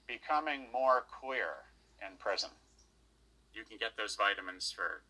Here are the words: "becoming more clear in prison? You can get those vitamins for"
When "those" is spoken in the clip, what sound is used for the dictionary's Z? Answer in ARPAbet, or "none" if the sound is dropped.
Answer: Z